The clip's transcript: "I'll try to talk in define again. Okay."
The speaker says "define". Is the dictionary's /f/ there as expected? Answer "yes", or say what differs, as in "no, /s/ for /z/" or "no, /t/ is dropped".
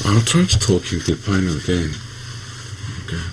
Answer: no, /p/ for /f/